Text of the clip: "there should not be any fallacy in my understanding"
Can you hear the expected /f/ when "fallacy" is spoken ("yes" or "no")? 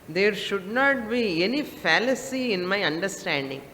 yes